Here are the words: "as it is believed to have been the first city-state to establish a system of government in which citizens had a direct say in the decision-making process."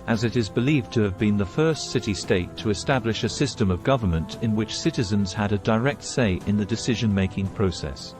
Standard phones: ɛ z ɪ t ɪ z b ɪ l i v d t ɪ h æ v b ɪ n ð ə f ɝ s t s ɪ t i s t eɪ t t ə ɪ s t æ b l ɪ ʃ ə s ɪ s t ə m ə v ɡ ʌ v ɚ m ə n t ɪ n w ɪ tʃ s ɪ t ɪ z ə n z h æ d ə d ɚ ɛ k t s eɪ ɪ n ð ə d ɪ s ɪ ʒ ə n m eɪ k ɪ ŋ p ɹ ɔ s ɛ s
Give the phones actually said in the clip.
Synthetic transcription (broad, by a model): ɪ z ɪ t ɪ z b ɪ l i v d t ɪ v b ɪ n ð ə f ɝ s t s ɪ t i s t eɪ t t ə ɪ s t æ b l ɪ ʃ ə s ɪ s t ə m ə v ɡ ʌ v ɚ m ə n t ɪ n w ɪ tʃ s ɪ t ɪ z ə n z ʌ d ə d ɚ ɛ k t s eɪ ɪ n ð ə d ɪ s ɪ ʒ ə n m eɪ k ɪ ŋ p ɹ ɔ s ɛ s